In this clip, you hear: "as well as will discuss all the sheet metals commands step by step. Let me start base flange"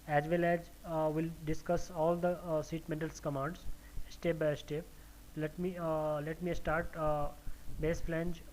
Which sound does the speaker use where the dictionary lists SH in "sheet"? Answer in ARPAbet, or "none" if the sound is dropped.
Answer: S